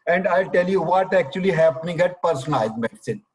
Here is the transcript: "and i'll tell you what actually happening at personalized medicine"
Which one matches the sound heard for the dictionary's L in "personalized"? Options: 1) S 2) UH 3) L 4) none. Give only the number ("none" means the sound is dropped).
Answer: 4